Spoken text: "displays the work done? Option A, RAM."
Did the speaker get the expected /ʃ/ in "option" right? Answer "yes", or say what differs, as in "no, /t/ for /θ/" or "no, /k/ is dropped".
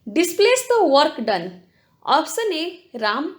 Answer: no, /s/ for /ʃ/